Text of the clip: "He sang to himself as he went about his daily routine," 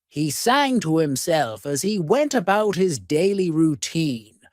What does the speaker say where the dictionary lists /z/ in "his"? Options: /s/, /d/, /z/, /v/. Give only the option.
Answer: /z/